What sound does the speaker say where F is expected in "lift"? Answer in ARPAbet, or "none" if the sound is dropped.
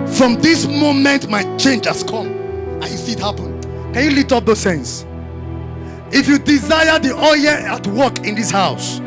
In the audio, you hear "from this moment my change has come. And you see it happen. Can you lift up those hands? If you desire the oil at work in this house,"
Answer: none